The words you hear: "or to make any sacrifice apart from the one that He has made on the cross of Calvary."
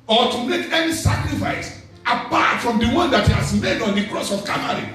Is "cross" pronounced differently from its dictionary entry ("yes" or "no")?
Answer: no